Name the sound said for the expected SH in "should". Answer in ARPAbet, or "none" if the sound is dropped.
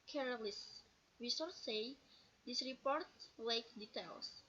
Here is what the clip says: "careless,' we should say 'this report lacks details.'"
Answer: S